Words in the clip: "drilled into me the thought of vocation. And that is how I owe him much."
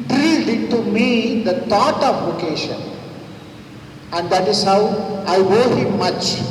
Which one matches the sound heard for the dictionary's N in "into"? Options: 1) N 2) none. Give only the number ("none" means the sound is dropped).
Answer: 2